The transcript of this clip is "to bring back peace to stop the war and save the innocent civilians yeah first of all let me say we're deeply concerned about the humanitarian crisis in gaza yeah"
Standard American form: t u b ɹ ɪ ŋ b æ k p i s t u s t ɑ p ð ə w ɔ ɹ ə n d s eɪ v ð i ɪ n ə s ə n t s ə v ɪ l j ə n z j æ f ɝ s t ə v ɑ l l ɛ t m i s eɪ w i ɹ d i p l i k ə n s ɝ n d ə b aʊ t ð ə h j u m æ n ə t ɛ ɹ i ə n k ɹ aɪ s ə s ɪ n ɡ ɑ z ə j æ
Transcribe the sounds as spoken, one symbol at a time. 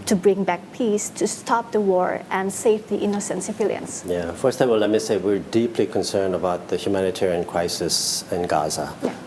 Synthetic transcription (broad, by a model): t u b ɹ ɪ ŋ b æ k p i s t u s t ɑ p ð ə w ɔ ɹ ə n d s eɪ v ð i ɪ n ə s ə n t s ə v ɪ l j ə n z j æ f ɝ s t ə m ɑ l l ɛ t m i s eɪ w i ɹ d i p l i k ə n s ɝ n d ə b aʊ t ð ə h j u m æ n ə t ɛ ɹ i ə n k ɹ aɪ s ə s ɪ n ɡ ɑ z ə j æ